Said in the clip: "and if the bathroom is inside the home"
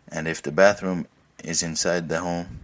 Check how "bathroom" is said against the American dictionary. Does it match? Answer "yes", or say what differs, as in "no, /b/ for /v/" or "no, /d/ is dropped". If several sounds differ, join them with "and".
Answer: yes